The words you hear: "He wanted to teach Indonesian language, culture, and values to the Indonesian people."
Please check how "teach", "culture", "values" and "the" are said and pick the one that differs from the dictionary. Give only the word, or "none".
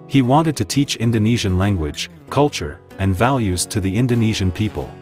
none